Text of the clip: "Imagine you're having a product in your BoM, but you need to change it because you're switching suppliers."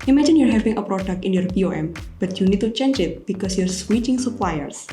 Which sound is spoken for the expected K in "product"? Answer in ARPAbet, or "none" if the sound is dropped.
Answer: K